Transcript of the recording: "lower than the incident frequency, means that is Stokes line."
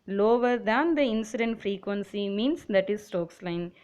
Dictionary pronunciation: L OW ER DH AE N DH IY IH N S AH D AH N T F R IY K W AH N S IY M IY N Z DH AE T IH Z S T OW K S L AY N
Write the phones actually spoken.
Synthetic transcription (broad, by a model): L OW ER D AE N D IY IH N S AH D AH N T F R IY K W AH N S IY M IY N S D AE T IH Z S T OW K S L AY N